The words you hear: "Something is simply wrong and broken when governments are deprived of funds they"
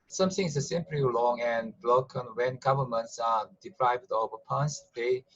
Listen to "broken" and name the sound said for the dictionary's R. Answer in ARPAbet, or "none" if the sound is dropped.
L